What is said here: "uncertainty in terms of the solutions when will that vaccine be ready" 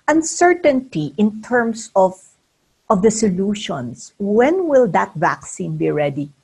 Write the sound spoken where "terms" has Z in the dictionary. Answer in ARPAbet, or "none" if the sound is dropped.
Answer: S